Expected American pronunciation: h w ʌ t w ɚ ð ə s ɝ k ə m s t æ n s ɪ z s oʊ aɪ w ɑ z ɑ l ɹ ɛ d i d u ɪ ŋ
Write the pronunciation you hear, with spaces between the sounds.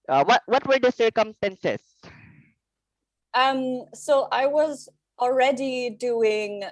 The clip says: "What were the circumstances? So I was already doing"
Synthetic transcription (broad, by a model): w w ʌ t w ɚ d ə s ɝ k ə m s t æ n s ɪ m s oʊ aɪ w ɑ z ɑ l ɹ ɛ d i d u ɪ ŋ